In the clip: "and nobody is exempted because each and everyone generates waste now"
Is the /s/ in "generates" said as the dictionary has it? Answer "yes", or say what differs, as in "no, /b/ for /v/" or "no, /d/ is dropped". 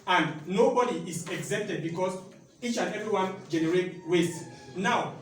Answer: no, /s/ is dropped